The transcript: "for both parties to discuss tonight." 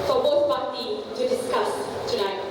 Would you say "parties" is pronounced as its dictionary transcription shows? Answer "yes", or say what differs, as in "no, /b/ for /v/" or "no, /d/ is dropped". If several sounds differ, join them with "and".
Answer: no, /z/ is dropped